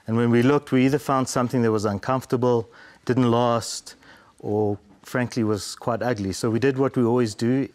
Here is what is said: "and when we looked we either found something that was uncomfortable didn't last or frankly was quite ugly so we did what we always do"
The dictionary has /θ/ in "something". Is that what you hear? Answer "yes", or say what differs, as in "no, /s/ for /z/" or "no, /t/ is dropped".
yes